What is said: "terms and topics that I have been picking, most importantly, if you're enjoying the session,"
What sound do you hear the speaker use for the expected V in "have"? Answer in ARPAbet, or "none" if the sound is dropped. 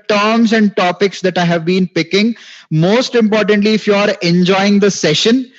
V